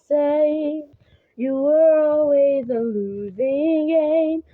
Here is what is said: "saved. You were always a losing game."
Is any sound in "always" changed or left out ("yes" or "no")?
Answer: no